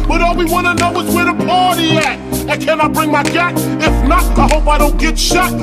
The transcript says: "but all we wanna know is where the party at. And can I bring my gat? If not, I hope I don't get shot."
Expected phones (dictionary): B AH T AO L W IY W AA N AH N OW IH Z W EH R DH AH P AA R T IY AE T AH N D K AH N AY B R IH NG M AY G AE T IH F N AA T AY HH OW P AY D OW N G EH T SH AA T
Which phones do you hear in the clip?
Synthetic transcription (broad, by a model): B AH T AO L W IY W AA N AH N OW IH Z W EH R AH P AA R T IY AE T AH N K AH N AY B R IH NG M AY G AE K IH F N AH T AY HH OW P AY D OW N G EH T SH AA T